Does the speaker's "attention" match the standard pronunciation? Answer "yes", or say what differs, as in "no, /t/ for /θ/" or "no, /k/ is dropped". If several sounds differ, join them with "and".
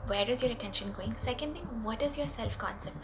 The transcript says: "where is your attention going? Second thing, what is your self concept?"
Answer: yes